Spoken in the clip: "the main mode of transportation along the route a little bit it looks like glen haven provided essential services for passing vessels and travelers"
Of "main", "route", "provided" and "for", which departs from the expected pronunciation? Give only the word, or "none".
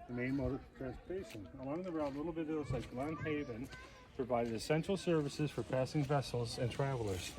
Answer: route